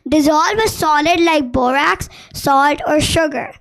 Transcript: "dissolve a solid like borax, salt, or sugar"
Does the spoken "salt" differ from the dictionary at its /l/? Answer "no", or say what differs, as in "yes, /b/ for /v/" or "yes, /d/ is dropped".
no